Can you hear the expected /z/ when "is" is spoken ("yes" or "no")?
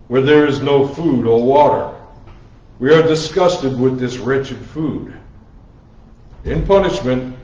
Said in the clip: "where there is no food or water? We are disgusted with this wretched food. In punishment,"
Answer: yes